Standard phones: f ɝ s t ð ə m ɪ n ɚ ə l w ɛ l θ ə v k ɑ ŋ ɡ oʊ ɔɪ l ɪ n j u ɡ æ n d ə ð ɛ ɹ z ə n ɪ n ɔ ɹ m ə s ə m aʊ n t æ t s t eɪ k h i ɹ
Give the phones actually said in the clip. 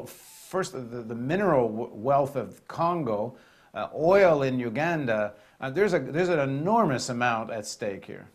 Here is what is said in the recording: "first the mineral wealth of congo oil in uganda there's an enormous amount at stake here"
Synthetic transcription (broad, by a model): f ɝ s t ð ə m ɪ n ɚ l w ɛ l θ ə v k ɑ ŋ ɡ oʊ ɔɪ l ɪ n j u ɡ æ n d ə ð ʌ ɹ z ə n ɪ n ɔ ɹ m ə s ə m aʊ n t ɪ t s t eɪ k h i ɹ